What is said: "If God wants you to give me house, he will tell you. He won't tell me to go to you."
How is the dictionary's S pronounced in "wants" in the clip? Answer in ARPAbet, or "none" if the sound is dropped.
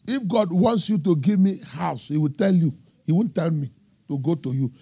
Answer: S